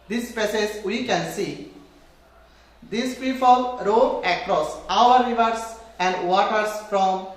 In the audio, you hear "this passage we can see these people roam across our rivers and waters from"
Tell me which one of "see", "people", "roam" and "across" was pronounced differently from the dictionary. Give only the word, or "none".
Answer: roam